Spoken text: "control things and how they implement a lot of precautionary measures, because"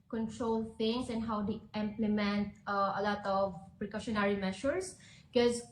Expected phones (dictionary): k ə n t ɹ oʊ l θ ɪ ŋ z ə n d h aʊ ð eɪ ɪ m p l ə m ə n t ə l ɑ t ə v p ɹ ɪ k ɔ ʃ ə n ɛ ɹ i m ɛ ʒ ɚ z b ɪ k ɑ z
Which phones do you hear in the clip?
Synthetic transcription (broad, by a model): k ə n t ɹ oʊ l t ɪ ŋ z ə n d h aʊ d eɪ ɪ m p l ə m ə n t ə l ɑ t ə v p ɹ ɪ k ɔ ʃ ə n ɛ ɹ i m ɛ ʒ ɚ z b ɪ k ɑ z